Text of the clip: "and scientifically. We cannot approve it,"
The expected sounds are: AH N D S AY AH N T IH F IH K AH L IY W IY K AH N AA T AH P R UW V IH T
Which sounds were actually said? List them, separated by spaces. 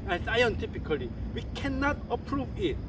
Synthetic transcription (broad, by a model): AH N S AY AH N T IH P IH K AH L IY W IY K AH N AA T AH P R UW V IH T